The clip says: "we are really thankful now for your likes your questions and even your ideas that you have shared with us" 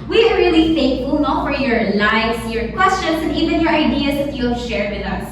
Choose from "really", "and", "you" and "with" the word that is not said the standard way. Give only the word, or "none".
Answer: none